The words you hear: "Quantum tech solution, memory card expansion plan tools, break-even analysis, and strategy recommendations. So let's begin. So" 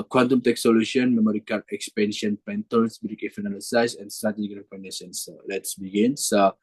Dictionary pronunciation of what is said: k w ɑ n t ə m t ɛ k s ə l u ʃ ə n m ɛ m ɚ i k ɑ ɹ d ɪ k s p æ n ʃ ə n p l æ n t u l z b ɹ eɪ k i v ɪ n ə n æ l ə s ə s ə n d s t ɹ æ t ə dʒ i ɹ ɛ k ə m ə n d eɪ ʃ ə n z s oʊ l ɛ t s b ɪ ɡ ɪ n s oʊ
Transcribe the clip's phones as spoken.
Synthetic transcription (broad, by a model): k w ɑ n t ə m t ɛ k s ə l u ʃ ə n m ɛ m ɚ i k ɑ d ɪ k s p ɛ n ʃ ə n p ɛ n t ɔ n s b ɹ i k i f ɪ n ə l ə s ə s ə n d s t ɹ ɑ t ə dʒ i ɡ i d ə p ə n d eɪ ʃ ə n s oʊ l ɛ t s b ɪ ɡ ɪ n s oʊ